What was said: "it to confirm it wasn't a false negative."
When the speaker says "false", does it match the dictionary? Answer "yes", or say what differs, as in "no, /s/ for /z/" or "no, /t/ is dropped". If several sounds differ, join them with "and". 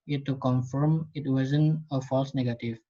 yes